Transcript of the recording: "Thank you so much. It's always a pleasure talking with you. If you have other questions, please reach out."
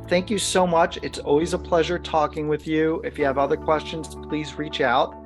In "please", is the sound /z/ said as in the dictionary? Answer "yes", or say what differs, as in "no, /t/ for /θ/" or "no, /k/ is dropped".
yes